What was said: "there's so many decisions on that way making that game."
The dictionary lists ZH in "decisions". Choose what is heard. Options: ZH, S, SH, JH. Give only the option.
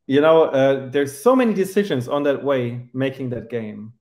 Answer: ZH